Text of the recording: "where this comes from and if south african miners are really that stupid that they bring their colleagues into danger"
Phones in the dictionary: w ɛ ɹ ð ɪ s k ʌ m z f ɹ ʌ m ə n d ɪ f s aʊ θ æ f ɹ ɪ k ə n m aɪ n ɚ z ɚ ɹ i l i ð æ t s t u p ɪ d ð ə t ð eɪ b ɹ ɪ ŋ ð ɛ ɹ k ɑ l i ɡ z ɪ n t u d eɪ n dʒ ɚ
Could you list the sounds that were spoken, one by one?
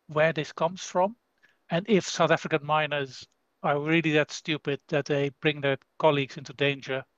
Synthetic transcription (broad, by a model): w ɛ ɹ ð ɪ s k ʌ m z f ɹ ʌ m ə n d ɪ f s aʊ θ æ f ɹ ɪ k ə n m aɪ n ɚ z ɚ ɹ i l i ð æ t s t u p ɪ d ð ə t ð eɪ b ɹ ɪ ŋ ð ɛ ɹ k ɑ l i ɡ z ɪ n t u d eɪ n dʒ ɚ